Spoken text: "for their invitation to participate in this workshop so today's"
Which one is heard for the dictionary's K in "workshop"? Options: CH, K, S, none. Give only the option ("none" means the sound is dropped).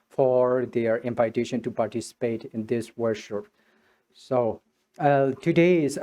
none